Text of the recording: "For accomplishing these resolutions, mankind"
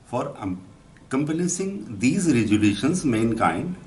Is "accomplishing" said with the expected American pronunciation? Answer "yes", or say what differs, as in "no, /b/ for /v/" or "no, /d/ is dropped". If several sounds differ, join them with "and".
no, /s/ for /ʃ/